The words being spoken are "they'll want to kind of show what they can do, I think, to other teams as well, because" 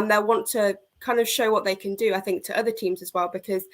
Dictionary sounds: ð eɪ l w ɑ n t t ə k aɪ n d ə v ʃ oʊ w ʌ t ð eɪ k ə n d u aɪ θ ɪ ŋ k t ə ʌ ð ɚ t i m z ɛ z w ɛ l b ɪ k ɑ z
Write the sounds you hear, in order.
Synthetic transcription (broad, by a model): ð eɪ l w ɑ n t t ə k aɪ n d ə v ʃ oʊ w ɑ t ð eɪ k ə n d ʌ aɪ θ ɪ ŋ k t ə ʌ ð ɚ t i m z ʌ z w ɛ l b ɪ k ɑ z